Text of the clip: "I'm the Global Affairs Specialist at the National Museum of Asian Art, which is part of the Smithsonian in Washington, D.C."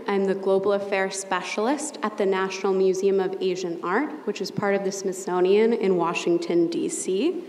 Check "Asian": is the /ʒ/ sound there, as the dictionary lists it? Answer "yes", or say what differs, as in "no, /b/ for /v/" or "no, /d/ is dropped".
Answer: yes